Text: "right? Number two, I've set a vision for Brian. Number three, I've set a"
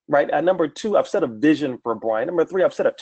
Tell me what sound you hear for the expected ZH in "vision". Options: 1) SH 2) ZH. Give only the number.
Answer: 2